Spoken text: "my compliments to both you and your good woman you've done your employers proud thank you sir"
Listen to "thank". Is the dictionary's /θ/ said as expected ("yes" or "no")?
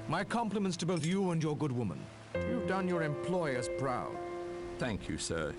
yes